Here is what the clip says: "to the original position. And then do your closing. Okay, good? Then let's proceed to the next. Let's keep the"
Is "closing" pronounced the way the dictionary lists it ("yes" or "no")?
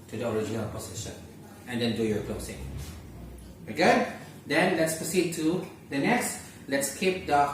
no